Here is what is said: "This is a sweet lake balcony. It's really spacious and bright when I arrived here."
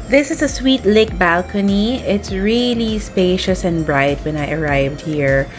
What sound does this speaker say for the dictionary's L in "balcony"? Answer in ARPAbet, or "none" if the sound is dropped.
L